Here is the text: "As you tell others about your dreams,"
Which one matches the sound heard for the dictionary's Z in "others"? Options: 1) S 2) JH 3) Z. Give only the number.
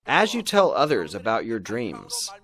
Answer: 3